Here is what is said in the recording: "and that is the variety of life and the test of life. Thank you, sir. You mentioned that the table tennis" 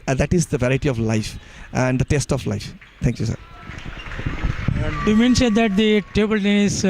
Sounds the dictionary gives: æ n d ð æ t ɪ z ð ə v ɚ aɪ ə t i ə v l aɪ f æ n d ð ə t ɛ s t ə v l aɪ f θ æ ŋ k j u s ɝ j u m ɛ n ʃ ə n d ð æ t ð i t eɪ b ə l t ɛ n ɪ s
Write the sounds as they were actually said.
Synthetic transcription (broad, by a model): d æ t ɪ z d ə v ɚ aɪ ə t i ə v l aɪ f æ n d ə t ɛ s t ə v l aɪ f t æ ŋ k j u s ɝ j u m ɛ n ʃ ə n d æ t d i t eɪ b ə l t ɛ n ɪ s